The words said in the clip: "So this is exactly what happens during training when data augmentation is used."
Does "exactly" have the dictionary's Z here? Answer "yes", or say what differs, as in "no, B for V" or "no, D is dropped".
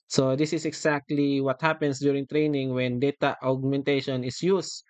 no, S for Z